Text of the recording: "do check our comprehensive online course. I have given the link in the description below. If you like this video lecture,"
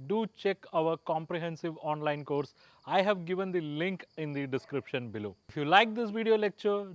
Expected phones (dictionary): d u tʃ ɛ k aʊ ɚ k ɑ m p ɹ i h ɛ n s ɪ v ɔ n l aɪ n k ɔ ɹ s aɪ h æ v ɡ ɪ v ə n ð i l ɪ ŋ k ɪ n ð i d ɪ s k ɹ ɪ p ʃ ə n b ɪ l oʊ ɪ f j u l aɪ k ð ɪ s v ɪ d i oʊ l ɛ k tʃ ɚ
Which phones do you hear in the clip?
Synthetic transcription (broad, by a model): d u tʃ ɛ k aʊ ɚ k ɑ m p ɹ i h ɛ n s ɪ v ɔ n l aɪ n k ɔ ɹ s aɪ h æ v ɡ ɪ v ə n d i l ɪ ŋ k ɪ n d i d ɪ s k ɹ ɪ p ʃ ə n b ɪ l oʊ ɪ f j u l aɪ k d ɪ s v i d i oʊ l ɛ k tʃ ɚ